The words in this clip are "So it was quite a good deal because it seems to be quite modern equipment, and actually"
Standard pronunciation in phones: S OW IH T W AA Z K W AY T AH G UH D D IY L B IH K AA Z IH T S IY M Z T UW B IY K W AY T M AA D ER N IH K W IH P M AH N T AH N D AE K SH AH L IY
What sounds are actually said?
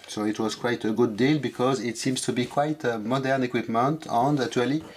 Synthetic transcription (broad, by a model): S OW IH T W AA Z K W AY T AH G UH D D IY L B IH K AA Z IH T S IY M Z T UW B IY K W AY T M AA D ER N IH K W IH P M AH N T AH N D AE K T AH L IY